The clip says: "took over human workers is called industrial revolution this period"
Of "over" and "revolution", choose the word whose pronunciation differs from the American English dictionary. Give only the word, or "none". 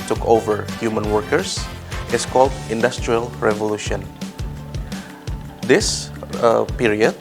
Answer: none